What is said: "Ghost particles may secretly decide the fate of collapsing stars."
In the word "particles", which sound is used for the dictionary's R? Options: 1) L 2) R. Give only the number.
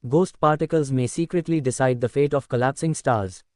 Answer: 2